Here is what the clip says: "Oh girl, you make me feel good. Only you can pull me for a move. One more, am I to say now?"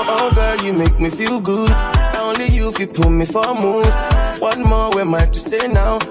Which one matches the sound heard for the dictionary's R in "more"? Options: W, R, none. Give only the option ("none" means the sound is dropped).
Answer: W